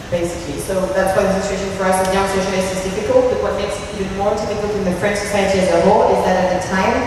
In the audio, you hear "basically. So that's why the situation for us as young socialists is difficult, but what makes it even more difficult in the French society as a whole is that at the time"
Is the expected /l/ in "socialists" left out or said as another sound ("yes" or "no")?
yes